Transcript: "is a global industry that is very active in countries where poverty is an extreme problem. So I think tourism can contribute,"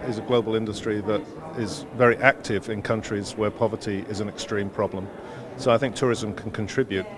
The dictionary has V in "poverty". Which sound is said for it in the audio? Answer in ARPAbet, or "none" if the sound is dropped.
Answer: V